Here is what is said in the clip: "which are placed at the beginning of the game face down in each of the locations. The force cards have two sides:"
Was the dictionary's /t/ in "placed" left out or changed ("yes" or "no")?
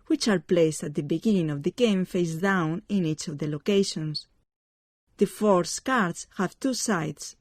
no